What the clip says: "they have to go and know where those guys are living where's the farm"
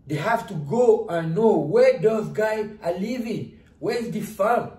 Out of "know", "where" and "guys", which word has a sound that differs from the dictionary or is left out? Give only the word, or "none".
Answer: guys